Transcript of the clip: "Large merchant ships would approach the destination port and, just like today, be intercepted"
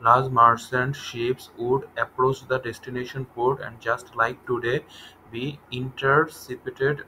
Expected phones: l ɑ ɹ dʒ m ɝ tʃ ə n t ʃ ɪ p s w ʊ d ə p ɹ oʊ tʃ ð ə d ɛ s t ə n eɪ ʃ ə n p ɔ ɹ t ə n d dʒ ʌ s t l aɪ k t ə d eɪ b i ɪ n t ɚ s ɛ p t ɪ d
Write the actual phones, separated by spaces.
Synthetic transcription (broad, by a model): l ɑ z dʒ m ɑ s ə n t ʃ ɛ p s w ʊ d ə p ɹ oʊ tʃ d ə d ɛ s t ə n eɪ ʃ ə n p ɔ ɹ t ə n d dʒ ʌ s t l aɪ k t ə d eɪ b i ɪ n t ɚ s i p t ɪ d